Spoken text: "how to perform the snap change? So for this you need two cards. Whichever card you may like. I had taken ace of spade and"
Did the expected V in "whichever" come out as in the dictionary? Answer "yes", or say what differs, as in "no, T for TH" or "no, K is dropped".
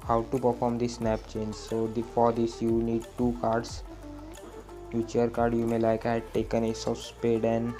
no, V is dropped